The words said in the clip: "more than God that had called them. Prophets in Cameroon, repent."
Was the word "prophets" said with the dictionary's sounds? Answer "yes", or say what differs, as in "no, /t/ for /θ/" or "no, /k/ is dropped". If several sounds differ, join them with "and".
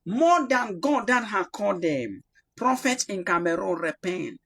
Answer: no, /s/ is dropped